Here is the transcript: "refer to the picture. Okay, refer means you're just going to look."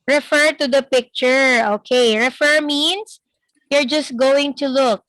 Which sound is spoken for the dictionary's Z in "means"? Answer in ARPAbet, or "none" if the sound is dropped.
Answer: S